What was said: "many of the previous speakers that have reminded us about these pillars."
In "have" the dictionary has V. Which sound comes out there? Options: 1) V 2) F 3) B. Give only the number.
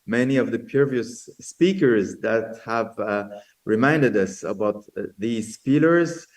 1